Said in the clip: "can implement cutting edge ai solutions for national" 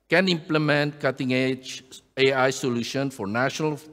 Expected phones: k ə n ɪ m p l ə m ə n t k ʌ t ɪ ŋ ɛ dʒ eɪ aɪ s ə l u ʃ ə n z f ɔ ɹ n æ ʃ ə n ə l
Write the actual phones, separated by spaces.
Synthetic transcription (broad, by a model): k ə n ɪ m p l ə m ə n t k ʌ t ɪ ŋ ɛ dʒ eɪ aɪ s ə l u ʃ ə n f ɔ ɹ n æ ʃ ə n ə l